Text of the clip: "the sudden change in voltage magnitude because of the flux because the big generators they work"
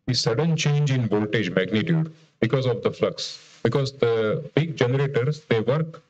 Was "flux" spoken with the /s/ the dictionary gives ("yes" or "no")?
yes